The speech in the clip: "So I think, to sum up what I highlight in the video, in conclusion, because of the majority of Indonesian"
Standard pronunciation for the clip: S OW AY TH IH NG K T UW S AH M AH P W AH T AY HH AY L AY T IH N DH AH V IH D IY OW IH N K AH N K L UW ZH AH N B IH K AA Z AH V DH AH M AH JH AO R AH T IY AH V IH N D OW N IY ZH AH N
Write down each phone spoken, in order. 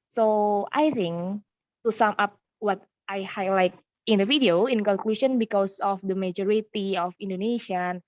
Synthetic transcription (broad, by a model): S OW AY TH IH NG K T UW S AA M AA P W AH T AY HH AY L AY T IH N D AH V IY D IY OW IH N K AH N K L UW SH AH N B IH K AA S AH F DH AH M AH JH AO R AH T IY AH F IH N D OW N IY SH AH N